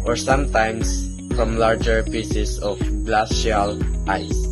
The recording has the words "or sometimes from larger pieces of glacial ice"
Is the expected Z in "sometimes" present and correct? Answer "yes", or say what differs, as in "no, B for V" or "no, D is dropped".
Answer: no, S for Z